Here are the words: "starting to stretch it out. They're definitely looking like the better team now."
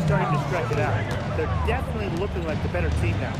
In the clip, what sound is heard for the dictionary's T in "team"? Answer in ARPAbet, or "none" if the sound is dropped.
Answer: S